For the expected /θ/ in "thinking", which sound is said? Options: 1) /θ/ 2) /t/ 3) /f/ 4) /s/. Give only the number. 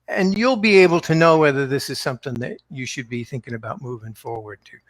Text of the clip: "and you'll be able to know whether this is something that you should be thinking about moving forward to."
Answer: 1